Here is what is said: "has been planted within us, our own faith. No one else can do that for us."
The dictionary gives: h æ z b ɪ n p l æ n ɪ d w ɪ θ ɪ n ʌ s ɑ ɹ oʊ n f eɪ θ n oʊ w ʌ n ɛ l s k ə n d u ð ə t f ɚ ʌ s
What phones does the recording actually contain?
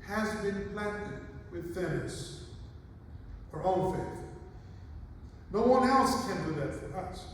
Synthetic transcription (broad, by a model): h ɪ z b ɪ n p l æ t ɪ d w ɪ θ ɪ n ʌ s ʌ ɹ oʊ n f eɪ θ n oʊ w ʌ n ɛ l s k ə n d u ð ə t f ɚ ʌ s